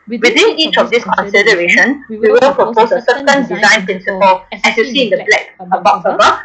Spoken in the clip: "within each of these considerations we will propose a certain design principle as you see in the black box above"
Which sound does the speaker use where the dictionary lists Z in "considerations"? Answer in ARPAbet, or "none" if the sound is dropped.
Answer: none